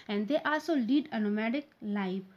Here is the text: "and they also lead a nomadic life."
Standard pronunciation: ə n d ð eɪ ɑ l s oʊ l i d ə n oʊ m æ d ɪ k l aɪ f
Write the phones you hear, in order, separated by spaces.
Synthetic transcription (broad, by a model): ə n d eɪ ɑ s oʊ l i d ə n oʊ m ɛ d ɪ k l aɪ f